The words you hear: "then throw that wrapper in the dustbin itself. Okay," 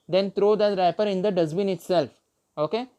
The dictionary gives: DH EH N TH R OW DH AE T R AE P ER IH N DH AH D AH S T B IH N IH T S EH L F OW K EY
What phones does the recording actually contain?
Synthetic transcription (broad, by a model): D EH N T R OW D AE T R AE P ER IH N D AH D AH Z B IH N IH T S EH L F OW K EY